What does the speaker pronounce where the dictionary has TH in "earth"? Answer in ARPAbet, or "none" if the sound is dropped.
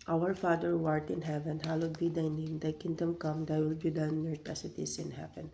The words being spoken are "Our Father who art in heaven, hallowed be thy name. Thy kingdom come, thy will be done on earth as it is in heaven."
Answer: T